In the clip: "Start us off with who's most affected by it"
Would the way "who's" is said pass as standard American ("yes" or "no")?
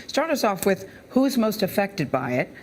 yes